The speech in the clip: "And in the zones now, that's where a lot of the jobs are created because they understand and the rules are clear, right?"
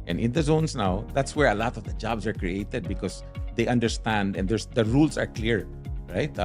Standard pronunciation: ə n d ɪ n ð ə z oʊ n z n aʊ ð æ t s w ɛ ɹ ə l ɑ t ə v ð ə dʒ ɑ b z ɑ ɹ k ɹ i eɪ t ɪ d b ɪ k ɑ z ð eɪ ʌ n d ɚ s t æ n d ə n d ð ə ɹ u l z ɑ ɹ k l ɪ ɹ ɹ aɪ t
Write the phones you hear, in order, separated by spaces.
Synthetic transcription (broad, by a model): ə n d ɪ n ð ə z oʊ n s n aʊ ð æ t s w ɛ ɹ ə l ɑ t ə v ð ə dʒ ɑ b s ɑ ɹ k ɹ i eɪ t ɪ d b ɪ k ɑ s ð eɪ ʌ n d ɚ s t æ n d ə n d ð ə ɹ u l s ɑ ɹ k l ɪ ɹ ɹ aɪ t